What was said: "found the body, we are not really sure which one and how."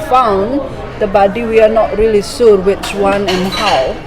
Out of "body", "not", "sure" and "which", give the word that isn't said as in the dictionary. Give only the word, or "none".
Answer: sure